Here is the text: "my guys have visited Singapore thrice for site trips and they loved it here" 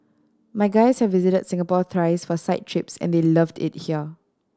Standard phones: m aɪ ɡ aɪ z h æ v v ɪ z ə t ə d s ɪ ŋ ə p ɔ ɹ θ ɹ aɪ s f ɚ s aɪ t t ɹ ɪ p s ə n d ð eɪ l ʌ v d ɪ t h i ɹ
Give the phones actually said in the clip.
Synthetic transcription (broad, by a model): m aɪ ɡ aɪ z h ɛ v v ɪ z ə t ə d s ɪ ŋ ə p ɔ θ ɹ aɪ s f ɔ s aɪ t t ɹ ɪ p s ə n d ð eɪ l ʌ v d ɪ t h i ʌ